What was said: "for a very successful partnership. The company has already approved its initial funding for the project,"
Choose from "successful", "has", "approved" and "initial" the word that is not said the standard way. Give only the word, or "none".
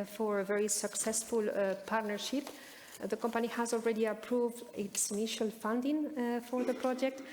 none